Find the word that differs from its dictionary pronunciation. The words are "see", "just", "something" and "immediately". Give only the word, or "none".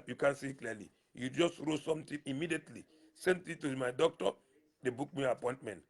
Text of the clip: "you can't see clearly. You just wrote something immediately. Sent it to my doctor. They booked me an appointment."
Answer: something